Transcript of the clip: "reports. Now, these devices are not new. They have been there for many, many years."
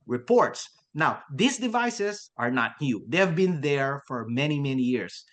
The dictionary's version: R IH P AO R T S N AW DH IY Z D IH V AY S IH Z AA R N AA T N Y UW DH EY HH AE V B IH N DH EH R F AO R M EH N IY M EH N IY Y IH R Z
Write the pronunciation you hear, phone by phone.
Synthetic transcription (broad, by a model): R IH P AO R T S N AW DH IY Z D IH V AY S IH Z AA R N AA T N Y UW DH EY HH AE V B IH N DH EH R F AO R M EH N IY M EH N IY Y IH R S